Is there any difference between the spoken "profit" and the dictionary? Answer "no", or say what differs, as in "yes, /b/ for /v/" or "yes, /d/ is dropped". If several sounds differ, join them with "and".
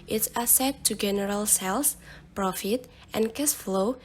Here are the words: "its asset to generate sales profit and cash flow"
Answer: no